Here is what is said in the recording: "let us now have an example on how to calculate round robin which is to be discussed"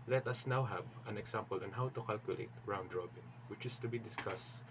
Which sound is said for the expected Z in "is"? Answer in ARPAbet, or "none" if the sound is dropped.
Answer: S